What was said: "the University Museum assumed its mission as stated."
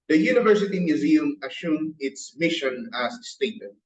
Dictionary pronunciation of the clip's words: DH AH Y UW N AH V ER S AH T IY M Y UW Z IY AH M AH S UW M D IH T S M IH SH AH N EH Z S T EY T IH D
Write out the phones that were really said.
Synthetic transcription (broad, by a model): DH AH Y UW N AH V ER S AH T IY M Y UW Z IY AH M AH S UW M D IH T S M IH SH AH N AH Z S T EY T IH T